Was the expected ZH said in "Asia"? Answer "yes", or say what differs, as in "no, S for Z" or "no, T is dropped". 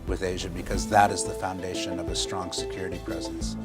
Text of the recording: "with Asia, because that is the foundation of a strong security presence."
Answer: yes